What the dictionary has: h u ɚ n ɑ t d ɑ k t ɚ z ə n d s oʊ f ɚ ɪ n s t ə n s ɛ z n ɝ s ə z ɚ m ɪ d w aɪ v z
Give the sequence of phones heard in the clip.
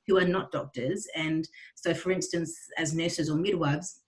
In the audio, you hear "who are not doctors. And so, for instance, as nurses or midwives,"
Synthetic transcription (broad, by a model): h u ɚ n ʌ t d ɑ k t ɚ z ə n s oʊ f ɚ ɪ n s t ə n s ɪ z n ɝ s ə z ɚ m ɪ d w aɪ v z